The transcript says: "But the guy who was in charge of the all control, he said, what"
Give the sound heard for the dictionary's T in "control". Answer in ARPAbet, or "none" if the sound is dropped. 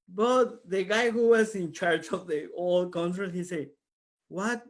S